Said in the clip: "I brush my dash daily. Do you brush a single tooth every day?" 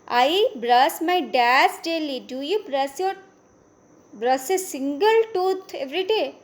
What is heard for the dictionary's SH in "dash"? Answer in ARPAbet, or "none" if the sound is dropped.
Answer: S